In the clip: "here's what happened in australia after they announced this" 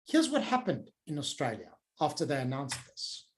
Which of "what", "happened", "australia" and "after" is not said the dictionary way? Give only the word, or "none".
none